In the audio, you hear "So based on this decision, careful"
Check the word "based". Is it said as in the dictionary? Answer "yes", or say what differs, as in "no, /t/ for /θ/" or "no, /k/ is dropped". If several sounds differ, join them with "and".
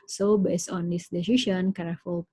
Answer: no, /t/ is dropped